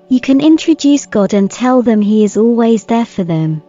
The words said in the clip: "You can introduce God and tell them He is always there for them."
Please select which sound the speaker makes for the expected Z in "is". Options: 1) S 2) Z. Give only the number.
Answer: 2